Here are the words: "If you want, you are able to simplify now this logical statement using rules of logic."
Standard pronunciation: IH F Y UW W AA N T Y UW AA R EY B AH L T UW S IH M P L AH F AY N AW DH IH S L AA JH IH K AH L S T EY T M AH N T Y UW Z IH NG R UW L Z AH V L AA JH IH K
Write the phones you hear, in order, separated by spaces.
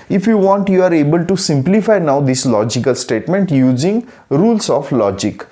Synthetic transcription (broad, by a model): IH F Y UW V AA N T Y UW AA R EY B AH L T UW S IH M P L AH F AY N AW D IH S L AA JH IH K AH L S T EY T M AH N T Y UW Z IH NG R UW L S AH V L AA JH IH K